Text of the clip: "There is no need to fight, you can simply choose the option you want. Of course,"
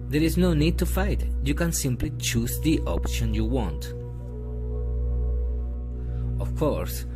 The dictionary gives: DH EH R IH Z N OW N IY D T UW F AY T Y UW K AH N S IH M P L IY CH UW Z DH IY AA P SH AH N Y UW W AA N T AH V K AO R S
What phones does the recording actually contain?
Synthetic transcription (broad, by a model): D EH R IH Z N OW N IY D T UW F AY T Y UW K AH N S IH M P L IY CH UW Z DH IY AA P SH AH N Y UW W AA N T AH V K AO R S